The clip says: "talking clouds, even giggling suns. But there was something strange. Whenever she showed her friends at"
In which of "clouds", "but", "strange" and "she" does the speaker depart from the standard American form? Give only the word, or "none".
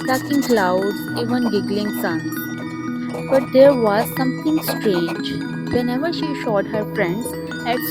clouds